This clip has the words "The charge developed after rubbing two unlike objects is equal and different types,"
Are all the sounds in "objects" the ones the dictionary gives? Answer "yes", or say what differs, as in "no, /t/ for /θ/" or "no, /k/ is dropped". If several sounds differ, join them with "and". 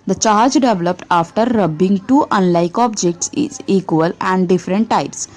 yes